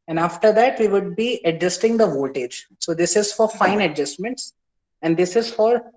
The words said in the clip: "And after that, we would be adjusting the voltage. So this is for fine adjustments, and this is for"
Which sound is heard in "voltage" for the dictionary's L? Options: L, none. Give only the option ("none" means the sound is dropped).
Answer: none